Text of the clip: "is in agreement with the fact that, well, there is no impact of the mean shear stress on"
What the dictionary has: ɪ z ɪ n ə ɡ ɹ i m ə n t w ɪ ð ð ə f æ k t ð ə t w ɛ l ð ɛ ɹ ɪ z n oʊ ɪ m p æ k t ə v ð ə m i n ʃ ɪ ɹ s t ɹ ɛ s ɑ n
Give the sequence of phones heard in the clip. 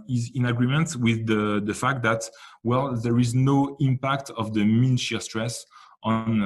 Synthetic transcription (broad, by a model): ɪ z ɪ n ə ɡ ɹ i m ə n t w ɪ ð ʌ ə f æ k t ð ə t w ɛ l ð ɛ ɹ ɪ z n oʊ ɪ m p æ k t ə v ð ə m i n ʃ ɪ s t ɹ ɛ s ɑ n